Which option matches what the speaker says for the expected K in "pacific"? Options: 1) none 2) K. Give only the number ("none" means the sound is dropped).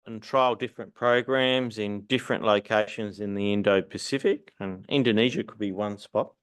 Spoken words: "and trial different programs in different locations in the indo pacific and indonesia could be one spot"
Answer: 2